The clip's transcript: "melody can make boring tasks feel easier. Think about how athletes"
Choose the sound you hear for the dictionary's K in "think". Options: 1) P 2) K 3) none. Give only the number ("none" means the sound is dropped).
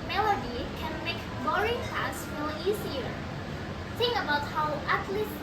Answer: 3